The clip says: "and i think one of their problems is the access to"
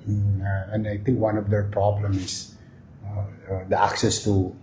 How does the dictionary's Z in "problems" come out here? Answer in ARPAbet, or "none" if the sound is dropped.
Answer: none